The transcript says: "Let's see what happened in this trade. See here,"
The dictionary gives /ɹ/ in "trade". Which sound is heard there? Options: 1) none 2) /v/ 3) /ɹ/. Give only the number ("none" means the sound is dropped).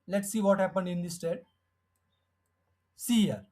1